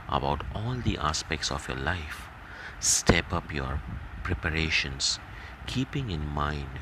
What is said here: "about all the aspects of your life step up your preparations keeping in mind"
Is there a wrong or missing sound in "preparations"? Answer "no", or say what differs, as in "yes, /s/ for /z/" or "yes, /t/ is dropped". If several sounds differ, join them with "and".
yes, /s/ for /z/